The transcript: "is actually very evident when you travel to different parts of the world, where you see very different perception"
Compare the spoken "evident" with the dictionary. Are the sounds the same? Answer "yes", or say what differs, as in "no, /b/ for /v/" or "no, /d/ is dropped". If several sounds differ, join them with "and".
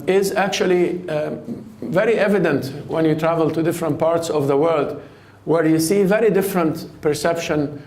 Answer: yes